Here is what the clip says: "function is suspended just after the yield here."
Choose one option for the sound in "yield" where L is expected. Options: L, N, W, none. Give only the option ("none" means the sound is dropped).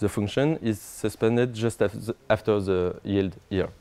L